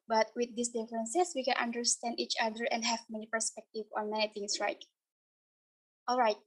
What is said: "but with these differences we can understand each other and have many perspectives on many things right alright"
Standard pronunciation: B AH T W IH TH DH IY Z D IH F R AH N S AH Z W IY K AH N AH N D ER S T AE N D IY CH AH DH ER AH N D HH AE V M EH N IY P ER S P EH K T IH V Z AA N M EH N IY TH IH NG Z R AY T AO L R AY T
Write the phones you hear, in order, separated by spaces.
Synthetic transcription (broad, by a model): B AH T W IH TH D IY S D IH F R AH N S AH S W IY K AH N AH N D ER S T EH N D IY CH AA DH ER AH N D HH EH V M EH N IY P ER S P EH K T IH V AA N M EH N IY T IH NG S R AY T AO L R AY T